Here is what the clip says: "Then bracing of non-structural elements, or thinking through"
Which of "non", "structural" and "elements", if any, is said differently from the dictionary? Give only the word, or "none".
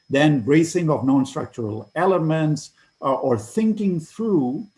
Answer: none